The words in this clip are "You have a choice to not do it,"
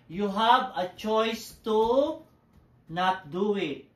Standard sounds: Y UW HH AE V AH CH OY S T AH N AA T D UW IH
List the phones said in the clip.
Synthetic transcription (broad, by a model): Y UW HH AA B AH CH OY S T AH N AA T D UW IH